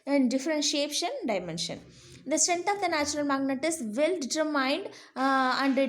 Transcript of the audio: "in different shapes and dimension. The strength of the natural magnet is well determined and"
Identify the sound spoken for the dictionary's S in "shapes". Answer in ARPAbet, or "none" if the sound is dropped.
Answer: SH